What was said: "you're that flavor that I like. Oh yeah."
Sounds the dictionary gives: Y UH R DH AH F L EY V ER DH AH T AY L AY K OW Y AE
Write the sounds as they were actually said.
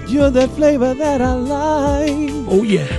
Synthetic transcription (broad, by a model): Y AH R DH AH F L EY V ER DH AH T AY L AY OW Y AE